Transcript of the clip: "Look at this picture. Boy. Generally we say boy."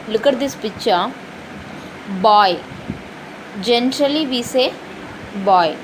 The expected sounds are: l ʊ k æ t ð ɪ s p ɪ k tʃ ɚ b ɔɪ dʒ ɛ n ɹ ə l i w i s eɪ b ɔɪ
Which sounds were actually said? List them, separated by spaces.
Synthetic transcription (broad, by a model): l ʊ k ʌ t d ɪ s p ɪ tʃ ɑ b ɔɪ dʒ ɛ n ɹ ə l i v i s eɪ b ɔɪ